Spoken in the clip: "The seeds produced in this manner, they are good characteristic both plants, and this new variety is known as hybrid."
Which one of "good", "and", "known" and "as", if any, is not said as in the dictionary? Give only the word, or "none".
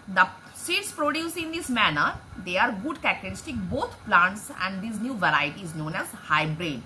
none